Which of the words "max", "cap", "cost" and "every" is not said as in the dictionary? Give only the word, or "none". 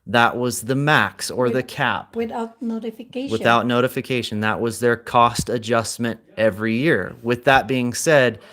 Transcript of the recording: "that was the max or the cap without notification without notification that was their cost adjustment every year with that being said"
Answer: none